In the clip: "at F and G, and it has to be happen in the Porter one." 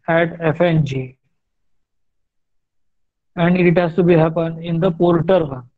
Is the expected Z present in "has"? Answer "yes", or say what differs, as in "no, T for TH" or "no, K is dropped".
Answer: no, S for Z